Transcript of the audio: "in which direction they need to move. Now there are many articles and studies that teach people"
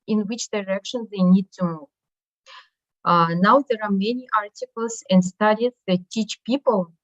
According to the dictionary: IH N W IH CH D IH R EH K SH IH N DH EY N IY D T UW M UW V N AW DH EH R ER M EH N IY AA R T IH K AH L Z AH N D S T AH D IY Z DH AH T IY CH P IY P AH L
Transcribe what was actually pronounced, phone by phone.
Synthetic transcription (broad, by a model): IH N W IH CH D IH R EH K SH IH N DH EY N IY D T UW M UW V N AW DH EH R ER M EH N IY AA R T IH K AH L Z AH N D S T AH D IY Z DH AH T IY CH P IY P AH L